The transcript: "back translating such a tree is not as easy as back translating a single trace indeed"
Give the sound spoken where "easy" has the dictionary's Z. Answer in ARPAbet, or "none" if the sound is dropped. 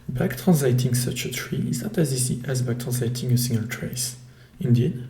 S